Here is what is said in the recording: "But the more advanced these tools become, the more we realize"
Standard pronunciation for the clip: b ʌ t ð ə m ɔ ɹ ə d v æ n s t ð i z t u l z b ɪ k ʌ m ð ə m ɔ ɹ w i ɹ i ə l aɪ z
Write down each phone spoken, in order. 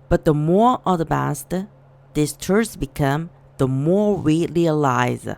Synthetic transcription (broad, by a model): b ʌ t ð ə m ɔ ɹ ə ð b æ s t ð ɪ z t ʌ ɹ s b ɪ k ʌ m ð ə m ɔ ɹ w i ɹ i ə l aɪ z